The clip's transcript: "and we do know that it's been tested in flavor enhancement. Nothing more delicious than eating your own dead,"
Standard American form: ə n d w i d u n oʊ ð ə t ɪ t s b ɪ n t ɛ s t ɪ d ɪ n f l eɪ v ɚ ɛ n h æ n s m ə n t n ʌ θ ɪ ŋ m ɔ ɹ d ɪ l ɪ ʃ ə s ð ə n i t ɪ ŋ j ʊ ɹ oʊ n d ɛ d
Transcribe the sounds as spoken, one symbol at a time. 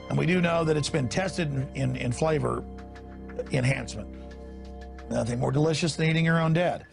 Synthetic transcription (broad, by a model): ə n w i d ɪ n oʊ ð ə t ɪ t s b ɪ n t ɛ s t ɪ d ɪ n f l eɪ v ɚ ɛ n h æ n s m ə n t n ʌ θ ɪ ŋ m ɔ ɹ d ɪ l ɪ ʃ ə s ð ə n i t ɪ ŋ j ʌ ɹ oʊ n d ɛ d